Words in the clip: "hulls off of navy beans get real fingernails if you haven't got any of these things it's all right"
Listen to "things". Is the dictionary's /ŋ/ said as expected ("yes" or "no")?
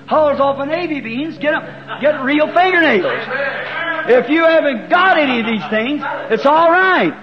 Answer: yes